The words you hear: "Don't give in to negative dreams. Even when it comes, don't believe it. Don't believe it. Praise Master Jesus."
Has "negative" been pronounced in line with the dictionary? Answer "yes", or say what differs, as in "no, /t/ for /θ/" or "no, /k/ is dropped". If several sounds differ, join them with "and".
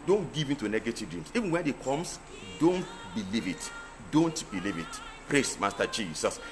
yes